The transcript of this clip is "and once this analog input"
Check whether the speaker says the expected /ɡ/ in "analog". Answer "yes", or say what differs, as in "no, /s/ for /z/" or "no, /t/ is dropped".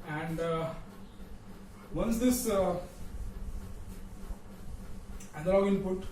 no, /ɡ/ is dropped